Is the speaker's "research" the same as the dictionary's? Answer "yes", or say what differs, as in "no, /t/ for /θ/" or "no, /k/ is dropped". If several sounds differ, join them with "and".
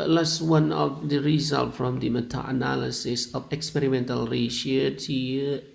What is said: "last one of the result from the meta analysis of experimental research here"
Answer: no, /ʃ/ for /s/